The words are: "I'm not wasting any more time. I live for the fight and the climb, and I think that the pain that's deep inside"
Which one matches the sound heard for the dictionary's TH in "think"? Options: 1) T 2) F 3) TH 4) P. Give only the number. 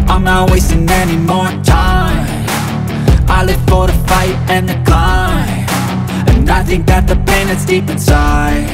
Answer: 3